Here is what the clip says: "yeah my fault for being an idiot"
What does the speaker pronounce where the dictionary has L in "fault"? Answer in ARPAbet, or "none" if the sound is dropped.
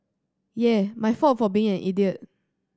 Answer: none